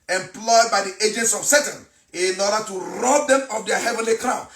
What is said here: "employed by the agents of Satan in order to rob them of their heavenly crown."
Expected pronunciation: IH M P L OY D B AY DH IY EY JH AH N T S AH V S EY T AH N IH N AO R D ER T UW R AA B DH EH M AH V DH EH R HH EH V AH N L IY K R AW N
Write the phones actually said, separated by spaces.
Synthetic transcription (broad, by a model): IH M P L OY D B AY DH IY EY JH AH N T S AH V S EY T AH N IH N AO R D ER T UW R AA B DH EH M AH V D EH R HH EH V AH N L IY K R AW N